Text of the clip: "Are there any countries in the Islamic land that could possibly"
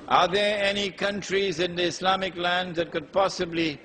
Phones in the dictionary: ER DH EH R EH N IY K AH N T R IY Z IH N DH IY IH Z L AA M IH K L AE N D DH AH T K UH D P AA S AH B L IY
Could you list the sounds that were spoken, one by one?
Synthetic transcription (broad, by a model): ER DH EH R EH N IY K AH N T R IY Z IH N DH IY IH S L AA M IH K L AE N D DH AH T K UH D P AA S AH B L IY